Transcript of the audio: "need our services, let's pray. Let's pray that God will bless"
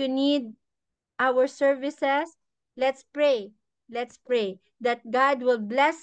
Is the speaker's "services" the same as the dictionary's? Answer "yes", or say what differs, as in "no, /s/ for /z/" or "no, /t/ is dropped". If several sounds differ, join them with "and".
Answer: no, /s/ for /z/